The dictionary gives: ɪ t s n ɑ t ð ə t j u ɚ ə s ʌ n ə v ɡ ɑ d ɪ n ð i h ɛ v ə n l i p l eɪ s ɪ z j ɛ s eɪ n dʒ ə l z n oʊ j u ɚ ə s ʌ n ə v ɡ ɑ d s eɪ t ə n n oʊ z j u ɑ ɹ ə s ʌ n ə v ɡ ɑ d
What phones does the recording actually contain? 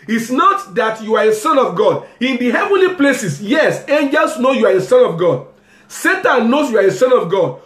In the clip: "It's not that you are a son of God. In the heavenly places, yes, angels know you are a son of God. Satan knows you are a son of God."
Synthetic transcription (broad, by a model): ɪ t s n ɑ t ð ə t j u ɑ ə s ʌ n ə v ɡ ɑ d ɪ n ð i h ɛ v ə n l i p l eɪ s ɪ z j ɛ s eɪ n dʒ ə l s n oʊ j u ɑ ə s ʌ n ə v ɡ ɑ d s eɪ t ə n n oʊ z j u ɑ ɹ ə s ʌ n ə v ɡ ɑ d